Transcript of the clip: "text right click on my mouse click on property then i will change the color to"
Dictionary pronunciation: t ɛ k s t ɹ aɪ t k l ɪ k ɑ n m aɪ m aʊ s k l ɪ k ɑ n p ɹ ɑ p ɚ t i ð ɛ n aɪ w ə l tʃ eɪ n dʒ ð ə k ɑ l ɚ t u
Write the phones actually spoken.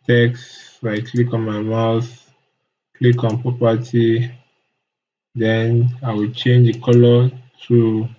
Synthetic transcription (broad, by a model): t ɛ k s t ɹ aɪ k l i k ɑ n m aɪ m aʊ θ k l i k ɑ n p ɹ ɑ p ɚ t i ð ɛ n aɪ w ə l tʃ eɪ n dʒ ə k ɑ l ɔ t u